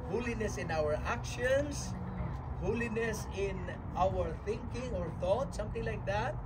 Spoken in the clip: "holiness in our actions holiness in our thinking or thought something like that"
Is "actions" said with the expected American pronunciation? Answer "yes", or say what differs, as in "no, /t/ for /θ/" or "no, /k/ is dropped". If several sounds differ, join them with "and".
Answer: no, /s/ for /z/